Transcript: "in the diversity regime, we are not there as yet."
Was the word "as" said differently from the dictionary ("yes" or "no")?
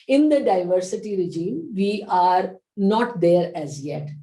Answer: no